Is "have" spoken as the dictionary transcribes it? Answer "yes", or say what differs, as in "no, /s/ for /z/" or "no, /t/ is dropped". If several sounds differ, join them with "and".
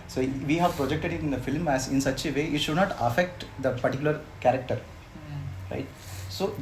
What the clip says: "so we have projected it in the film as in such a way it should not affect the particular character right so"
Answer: yes